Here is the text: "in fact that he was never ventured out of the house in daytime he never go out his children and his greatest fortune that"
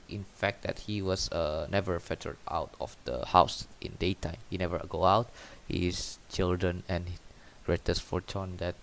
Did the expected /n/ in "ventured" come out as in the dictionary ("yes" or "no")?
no